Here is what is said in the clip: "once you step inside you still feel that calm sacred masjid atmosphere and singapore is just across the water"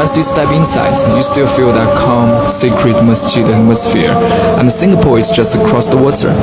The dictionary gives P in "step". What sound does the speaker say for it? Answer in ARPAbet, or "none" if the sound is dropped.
B